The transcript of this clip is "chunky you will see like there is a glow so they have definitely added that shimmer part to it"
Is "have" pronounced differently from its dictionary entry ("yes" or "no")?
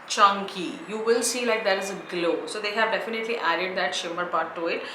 no